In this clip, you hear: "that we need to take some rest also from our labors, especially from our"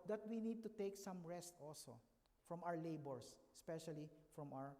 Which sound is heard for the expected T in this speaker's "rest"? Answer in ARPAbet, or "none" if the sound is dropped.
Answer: T